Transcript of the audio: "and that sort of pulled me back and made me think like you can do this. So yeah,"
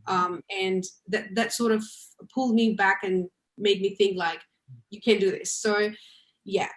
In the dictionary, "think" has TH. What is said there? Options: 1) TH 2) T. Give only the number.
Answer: 1